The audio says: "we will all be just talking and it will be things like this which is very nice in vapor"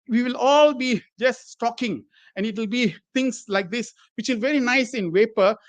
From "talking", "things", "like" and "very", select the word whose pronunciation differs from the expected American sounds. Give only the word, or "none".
things